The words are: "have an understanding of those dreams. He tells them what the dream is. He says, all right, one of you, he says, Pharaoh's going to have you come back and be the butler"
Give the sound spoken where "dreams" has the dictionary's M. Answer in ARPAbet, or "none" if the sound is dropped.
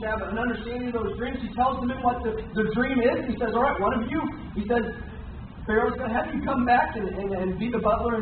M